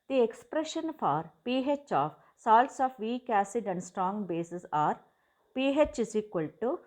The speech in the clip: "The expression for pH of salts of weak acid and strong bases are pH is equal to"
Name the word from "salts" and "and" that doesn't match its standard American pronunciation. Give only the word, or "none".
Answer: none